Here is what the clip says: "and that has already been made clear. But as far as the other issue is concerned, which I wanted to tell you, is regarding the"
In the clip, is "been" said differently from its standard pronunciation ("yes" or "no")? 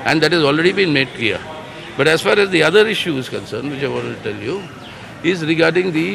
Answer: no